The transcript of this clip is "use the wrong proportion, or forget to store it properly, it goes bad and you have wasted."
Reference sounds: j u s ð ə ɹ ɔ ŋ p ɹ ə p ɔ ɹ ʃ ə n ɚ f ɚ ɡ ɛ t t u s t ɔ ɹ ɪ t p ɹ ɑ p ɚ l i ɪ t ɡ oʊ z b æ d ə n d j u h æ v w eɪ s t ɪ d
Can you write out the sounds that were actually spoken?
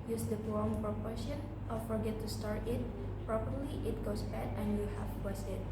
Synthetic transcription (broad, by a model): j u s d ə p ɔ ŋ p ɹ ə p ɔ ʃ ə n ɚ f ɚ ɡ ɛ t t u s t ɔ ɹ ɪ t p ɹ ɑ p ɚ l i ɪ t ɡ oʊ s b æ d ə n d j u h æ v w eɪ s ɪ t